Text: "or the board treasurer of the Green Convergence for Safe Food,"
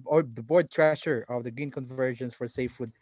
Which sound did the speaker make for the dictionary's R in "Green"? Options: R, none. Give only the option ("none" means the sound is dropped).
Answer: none